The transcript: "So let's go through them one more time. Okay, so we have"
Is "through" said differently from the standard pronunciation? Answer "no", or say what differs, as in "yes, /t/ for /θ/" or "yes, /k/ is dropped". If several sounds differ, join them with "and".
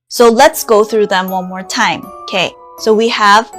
no